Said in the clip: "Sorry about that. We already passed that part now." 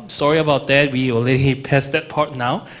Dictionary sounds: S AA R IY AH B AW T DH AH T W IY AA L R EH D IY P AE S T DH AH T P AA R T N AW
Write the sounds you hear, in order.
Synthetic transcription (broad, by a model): S AA R IY AH B AW T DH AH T W IY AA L EH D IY P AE S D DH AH T P AA R T N AW